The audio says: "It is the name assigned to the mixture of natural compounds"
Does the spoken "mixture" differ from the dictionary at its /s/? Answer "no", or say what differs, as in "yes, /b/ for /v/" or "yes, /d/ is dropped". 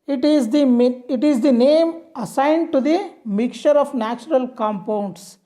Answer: yes, /s/ is dropped